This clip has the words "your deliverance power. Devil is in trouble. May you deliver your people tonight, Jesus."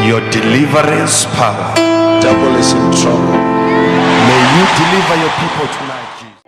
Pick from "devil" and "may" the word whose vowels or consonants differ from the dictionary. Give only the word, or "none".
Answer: devil